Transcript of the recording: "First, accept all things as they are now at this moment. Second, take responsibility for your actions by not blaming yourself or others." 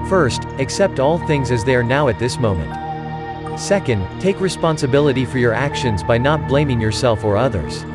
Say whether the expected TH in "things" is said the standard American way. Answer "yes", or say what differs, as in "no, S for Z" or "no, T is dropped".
yes